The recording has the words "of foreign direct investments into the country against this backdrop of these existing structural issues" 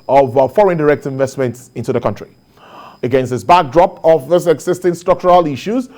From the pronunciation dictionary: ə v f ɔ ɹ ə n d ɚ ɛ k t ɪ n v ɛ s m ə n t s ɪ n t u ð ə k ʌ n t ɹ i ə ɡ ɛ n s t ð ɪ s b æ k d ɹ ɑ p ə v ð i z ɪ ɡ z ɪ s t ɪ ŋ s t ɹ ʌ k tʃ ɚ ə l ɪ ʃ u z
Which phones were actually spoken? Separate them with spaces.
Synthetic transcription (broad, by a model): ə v f ɔ ɹ ə n d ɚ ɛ k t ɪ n v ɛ s m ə n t s ɪ n t u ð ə k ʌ n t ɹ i ə ɡ ɛ n s t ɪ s b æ k d ɹ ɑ p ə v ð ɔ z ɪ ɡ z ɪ s t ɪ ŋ s t ɹ ʌ k tʃ ɚ ə l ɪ ʃ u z